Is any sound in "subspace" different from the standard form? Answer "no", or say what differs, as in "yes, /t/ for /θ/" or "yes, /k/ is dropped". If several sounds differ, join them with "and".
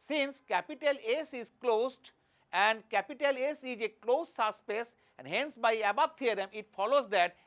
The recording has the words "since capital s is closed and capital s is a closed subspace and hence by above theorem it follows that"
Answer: yes, /b/ is dropped